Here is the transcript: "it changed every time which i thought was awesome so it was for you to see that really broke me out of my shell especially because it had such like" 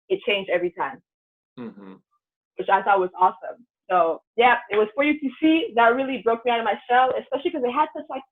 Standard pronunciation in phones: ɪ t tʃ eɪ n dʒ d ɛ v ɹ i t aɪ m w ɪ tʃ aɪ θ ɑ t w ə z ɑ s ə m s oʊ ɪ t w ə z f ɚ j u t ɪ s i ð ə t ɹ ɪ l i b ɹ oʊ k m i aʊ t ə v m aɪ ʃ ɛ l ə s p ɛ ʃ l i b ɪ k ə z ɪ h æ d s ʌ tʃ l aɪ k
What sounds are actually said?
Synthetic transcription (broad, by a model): ɪ t tʃ eɪ n dʒ d ɛ v ɹ i t aɪ m w ɪ tʃ aɪ θ ɑ t w ə z ɑ s ə m s oʊ ɪ t w ə z f ɚ j u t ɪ s i ð ə t ɹ ɪ l i b ɹ oʊ k m i aʊ t ə v m aɪ ʃ ɛ l ə s p ɛ ʃ l i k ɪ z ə ɪ h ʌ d s ʌ tʃ l aɪ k